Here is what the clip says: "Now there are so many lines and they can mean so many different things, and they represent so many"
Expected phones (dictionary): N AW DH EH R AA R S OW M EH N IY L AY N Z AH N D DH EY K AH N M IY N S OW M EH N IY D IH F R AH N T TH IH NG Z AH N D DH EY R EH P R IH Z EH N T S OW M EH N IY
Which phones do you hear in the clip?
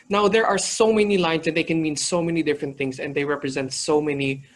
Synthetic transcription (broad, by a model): N AW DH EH R AA R S OW M EH N IY L AY N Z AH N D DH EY K AH N M IY N S OW M EH N IY D IH F R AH N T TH IH NG S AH N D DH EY R EH P R IH Z EH N T S OW M EH N IY